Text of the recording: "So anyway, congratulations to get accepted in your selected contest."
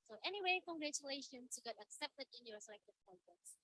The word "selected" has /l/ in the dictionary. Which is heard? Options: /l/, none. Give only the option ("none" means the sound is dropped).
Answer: none